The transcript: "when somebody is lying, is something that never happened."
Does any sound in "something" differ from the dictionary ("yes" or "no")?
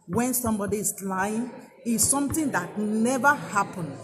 yes